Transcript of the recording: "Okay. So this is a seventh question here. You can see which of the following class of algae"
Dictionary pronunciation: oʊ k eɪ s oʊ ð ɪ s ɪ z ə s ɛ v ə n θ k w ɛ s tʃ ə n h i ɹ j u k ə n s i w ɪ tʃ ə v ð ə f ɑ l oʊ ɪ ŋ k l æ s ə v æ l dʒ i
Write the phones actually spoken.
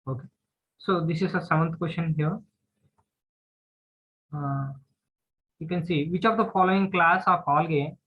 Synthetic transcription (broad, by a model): oʊ k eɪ s oʊ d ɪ s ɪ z ə s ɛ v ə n t k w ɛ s ʃ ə n h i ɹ j u k ə n s i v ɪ tʃ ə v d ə f ɑ l oʊ ɪ ŋ k l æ s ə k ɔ l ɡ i